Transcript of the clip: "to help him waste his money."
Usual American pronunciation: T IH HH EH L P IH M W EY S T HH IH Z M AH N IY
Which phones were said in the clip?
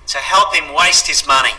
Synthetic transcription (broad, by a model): T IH HH EH L P IH M W EY S T HH IH Z M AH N IY